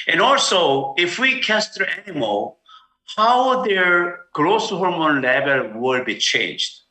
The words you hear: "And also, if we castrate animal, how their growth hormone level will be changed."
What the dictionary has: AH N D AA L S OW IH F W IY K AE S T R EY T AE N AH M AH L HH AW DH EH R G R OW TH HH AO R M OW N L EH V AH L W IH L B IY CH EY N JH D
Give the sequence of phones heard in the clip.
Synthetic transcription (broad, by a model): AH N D AA L S OW IH F W IY K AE S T EY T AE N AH M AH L HH AW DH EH R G R OW S HH AO R M OW N L EH V AH L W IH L B IY CH EY N JH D